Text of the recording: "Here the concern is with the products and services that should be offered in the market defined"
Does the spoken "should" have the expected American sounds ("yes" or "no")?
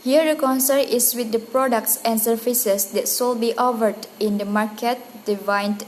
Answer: no